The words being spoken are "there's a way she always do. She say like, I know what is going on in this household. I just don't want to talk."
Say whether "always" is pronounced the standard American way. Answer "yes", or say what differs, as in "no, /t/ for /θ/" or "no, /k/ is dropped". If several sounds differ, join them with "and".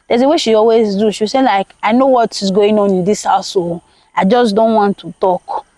yes